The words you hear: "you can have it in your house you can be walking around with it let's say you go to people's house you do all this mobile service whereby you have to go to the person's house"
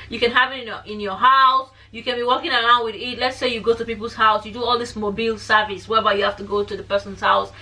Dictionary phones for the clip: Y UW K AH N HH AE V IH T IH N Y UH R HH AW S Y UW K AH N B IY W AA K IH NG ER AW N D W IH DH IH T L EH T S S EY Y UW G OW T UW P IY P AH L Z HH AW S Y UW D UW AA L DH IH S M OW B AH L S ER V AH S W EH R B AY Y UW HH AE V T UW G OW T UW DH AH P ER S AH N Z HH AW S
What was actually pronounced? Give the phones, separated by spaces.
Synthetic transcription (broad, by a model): Y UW K AH N HH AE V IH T IH N Y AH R HH AW S Y UW K AH N B IY W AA K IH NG ER AW N D W IH DH IH T L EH T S S EY Y UW G OW T UW P IY P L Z HH AW S Y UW D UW AA L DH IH S M OW B AH L S ER V AH S W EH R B AY Y UW HH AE F T UW G OW T UW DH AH P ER S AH N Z HH AW S